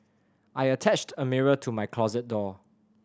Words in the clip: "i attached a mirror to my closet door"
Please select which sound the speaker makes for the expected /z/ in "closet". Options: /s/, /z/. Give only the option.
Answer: /z/